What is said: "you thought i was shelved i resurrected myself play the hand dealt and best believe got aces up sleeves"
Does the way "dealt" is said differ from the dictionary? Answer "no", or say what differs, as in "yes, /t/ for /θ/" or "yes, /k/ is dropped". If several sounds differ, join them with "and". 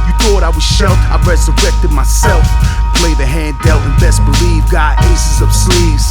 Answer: yes, /t/ is dropped